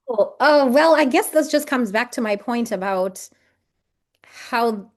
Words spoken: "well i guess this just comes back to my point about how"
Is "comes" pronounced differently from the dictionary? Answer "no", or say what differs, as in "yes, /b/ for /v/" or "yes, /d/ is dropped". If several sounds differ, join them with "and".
no